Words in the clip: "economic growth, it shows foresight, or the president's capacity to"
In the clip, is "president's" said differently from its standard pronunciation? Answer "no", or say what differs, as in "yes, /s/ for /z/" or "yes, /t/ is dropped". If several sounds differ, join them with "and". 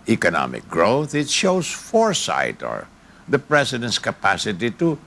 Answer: yes, /s/ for /z/